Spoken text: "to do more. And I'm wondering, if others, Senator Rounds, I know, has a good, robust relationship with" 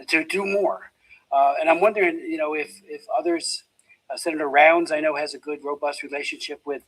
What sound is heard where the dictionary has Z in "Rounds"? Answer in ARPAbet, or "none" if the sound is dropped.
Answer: Z